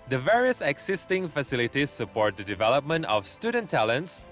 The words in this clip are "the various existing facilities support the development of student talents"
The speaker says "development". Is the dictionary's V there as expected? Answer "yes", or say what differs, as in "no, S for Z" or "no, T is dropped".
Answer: yes